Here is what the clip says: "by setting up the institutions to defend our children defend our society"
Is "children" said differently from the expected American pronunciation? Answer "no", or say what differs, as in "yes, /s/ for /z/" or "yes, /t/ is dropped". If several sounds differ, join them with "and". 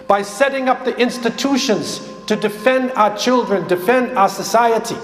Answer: no